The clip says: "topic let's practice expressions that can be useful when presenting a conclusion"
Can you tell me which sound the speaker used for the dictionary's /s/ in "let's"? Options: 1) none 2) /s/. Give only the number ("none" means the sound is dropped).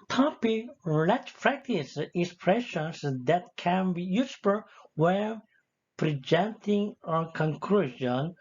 1